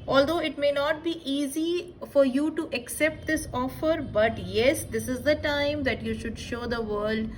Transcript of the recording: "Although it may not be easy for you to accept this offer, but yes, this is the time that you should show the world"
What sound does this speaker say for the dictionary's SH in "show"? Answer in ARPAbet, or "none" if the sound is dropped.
SH